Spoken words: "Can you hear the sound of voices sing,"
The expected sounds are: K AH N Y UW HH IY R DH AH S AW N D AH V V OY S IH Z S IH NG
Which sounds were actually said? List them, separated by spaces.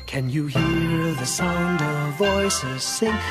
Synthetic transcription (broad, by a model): K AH N Y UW HH IY R DH AH S AW N D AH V V OY S IH Z S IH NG